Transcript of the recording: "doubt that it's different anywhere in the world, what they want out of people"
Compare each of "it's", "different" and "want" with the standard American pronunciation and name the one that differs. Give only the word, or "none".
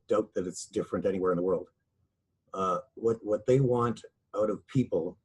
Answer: none